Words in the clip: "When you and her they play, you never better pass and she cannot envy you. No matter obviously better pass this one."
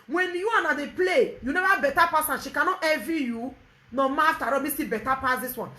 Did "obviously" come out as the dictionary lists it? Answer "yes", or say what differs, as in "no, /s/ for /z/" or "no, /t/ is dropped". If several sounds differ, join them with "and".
no, /v/ is dropped